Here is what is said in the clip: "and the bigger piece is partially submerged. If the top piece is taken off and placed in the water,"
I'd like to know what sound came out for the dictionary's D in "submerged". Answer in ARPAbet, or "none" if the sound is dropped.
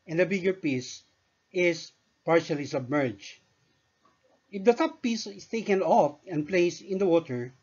none